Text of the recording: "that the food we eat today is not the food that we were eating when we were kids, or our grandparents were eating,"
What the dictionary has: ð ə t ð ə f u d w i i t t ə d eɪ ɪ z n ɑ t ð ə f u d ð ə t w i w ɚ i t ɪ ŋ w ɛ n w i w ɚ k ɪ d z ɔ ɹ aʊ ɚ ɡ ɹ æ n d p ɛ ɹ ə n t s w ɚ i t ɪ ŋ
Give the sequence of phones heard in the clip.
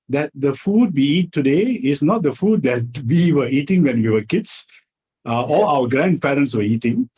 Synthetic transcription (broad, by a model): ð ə t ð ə f u d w i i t t ə d eɪ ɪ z n ɑ t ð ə f u d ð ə t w i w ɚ i t ɪ ŋ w ɛ n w i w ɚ k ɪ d s ɔ l aʊ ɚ ɡ ɹ æ n d p ɛ ɹ ə n t s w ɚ i t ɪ ŋ